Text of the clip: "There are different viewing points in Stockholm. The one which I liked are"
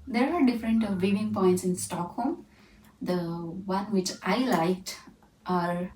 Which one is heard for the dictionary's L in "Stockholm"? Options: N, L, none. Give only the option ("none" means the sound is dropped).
L